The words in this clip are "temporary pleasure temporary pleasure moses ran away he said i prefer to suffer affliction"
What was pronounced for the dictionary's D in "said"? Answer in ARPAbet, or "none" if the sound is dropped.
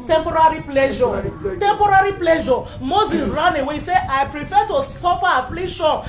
none